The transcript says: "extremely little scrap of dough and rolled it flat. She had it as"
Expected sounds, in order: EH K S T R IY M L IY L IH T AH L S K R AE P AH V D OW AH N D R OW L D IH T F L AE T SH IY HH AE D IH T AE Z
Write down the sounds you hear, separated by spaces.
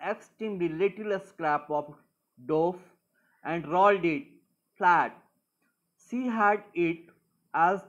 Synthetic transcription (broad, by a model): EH K S T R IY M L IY L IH T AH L S K R AE P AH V D OW AH N D R OW L D IH T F L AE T S IY HH AE D IH T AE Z